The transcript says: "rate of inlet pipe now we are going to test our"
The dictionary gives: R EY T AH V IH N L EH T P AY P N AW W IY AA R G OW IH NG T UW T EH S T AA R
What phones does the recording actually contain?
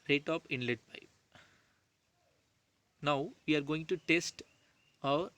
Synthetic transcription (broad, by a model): R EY T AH P IH N L EH T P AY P N AW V IY AA R G OW IH NG T UW T EH S T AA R